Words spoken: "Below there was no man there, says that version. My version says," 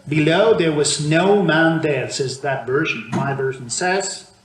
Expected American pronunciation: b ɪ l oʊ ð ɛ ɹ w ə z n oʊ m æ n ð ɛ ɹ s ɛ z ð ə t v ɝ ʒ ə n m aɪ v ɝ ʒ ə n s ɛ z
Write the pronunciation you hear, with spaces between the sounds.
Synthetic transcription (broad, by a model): b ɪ l oʊ ð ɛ ɹ w ə z n oʊ m æ n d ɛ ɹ s ɛ z ð ə t v ɝ ʒ ə n m aɪ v ɝ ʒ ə n s ɛ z